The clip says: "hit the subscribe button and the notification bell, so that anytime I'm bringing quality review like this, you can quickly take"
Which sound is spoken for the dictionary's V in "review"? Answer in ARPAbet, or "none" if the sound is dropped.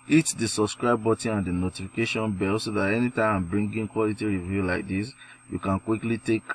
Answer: V